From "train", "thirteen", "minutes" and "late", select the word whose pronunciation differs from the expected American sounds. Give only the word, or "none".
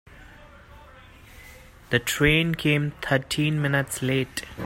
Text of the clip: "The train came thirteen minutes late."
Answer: thirteen